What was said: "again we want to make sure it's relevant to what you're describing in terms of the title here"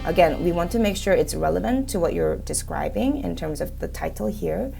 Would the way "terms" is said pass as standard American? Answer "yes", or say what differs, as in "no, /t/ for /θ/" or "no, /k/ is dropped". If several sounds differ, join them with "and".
yes